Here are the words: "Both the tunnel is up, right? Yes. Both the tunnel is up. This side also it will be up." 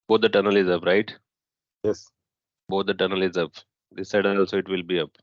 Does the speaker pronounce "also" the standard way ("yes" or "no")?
yes